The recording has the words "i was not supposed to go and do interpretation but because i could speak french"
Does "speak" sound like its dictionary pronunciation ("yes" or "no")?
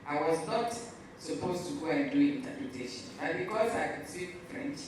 no